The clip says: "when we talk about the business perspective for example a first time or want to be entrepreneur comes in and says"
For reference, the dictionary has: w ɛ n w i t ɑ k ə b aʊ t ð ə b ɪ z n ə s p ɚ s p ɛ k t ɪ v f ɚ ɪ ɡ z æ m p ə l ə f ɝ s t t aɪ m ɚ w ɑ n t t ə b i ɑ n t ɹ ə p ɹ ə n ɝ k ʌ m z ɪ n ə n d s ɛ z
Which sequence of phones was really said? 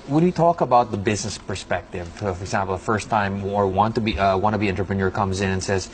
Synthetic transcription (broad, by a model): w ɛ n w i t ɑ k ə b aʊ t ð ə b ɪ z n ə s p ɚ s p ɛ k t ɪ v f ɚ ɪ ɡ z æ m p l ə f ɝ s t t aɪ m ɚ w ɑ n t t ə b i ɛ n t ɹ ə p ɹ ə n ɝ k ʌ m z ɪ n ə n s ɛ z